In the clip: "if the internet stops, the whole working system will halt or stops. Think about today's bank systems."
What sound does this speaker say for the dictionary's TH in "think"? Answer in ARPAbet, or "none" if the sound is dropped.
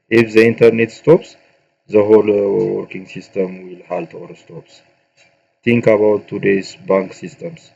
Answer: T